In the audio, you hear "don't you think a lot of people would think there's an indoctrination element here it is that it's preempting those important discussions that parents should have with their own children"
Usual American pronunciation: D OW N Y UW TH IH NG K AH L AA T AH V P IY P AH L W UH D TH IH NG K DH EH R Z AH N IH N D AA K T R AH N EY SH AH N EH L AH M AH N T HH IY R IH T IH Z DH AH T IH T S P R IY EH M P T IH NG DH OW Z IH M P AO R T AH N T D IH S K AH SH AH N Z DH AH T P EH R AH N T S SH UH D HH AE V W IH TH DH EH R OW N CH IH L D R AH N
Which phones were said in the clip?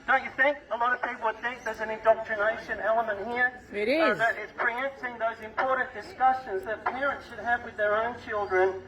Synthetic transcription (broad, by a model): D OW N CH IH TH IH NG K AH L AA T AH V P IY P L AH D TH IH K DH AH R Z AH N IH N D AA K T R AH N EY SH AH N EH L AH M AH N T HH IY R IH T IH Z DH AH T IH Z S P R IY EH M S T IH NG DH OW Z IH M P AO R T N D IH S K AH SH AH N Z DH AH T P EH R AH N T S SH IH D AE V W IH DH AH R OW N CH IH L D R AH N